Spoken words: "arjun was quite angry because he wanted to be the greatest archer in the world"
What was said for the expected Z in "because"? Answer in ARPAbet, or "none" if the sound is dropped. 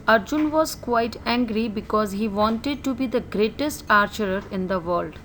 Z